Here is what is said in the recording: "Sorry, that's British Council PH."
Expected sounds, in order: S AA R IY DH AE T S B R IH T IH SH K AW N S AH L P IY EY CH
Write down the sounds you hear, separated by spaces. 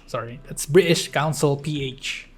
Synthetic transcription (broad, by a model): S AA R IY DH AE T S B R IH T IH SH K AW N S AH L P IY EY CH